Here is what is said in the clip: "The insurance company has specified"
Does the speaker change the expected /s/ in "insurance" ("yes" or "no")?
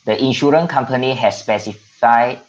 yes